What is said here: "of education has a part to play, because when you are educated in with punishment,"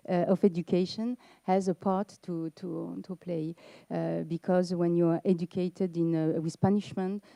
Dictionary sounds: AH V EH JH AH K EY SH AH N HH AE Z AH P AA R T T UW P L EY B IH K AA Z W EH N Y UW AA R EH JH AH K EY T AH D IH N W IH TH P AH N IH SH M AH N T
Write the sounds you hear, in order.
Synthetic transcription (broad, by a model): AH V EH JH AH K EY SH AH N HH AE Z AH P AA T T T UW P L EY B IH K AA Z W EH N Y UW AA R EH JH AH K EY T AH D IH N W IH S P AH N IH SH M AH N T